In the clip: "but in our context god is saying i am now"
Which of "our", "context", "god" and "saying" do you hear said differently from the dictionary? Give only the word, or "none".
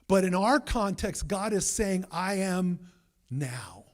none